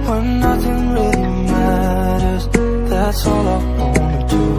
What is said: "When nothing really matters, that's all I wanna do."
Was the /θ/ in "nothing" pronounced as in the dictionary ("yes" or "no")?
yes